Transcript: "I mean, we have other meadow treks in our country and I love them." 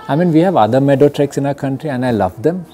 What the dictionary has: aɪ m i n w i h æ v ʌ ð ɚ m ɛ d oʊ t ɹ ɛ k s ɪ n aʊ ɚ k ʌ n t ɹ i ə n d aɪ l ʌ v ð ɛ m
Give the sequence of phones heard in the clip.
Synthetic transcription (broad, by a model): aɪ m i n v i h æ v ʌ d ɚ m ɛ d oʊ t ɹ ɛ k s ɪ n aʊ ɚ k ʌ n t ɹ i ə n d aɪ l ʌ v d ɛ m